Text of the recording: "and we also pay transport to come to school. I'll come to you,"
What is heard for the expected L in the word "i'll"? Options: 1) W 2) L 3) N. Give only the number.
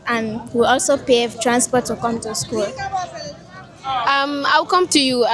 1